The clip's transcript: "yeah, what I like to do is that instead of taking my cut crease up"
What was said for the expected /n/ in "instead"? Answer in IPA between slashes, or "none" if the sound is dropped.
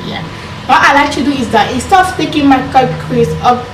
none